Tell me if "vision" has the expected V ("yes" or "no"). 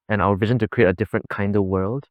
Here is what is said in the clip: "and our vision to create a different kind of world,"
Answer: yes